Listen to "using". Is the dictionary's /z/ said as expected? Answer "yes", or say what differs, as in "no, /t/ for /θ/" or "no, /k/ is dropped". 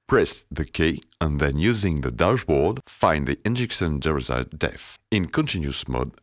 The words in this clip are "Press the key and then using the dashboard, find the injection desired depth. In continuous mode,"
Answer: yes